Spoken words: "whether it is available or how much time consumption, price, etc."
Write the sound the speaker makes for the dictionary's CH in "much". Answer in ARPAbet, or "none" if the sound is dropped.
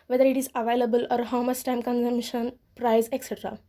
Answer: S